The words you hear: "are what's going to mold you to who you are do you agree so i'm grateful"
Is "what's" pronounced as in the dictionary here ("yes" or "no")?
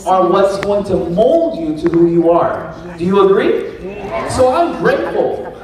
yes